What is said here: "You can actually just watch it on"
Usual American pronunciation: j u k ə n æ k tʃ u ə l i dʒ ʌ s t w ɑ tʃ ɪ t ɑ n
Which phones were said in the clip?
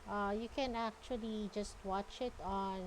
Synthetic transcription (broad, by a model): j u k ə n æ k tʃ u ə l i dʒ ʌ s t w ɑ tʃ ɪ t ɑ n